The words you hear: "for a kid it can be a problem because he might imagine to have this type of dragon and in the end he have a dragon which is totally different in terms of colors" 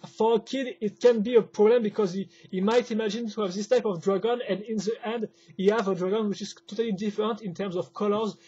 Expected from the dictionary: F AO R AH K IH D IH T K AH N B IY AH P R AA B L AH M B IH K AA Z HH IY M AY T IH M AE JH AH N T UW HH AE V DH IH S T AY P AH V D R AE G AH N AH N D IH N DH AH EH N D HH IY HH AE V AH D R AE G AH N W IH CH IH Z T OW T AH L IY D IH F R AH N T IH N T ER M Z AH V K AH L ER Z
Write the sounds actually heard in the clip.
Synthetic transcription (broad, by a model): F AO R AH K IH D IH T K AH N B IY AH P R AA B L AH M B IH K AA Z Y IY M AY T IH M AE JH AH N T UW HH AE V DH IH S T AY P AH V D R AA G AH N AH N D IH N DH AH EH N D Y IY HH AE V AH D R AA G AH N W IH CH IH Z T OW T AH L IY D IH F R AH N T IH N T ER M Z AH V K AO L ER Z